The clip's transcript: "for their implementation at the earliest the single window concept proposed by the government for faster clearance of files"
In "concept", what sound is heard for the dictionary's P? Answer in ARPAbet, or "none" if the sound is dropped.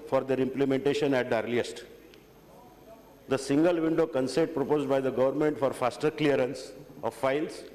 none